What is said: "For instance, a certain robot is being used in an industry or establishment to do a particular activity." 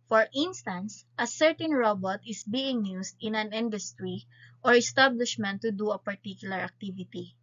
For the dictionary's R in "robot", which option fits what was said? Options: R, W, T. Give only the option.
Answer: R